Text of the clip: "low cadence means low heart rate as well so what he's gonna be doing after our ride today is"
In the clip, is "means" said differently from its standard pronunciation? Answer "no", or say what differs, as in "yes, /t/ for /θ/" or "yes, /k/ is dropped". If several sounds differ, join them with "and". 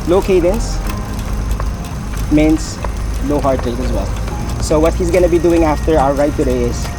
yes, /s/ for /z/